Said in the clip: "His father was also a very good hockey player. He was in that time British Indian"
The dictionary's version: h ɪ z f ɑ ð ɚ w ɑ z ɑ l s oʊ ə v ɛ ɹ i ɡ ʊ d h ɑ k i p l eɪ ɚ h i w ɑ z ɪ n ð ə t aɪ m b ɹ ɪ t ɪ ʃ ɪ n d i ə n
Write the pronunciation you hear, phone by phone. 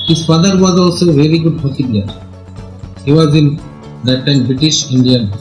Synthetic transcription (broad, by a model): h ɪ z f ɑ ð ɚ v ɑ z ɑ l s oʊ v ɛ ɹ i ɡ ʊ d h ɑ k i b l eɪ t h i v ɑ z ɪ n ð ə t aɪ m b ɹ ɪ t ɪ ʃ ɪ n d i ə n